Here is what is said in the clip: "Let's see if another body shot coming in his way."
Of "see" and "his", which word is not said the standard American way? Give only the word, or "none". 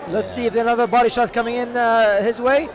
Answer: none